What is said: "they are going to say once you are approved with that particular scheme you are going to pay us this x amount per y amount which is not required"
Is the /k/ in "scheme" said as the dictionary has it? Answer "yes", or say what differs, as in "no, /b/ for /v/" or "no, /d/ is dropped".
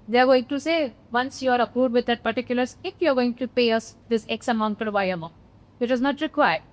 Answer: no, /k/ is dropped